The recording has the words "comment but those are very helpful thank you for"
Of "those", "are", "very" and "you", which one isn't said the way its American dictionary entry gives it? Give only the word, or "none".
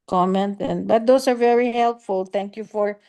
those